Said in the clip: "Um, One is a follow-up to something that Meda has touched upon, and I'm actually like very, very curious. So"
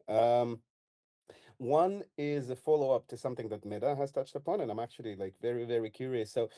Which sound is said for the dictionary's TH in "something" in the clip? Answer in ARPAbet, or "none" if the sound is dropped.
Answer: TH